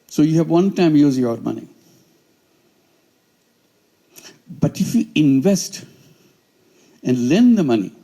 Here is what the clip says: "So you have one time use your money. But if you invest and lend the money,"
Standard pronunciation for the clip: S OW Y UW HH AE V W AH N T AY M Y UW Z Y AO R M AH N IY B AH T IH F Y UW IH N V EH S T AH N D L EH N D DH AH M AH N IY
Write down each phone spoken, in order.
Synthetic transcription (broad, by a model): S OW Y UW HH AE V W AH N T AY M Y UW Z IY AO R M AH N IY B AH T IH F Y UW IH N V EH S T AH N D L EH N D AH M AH N IY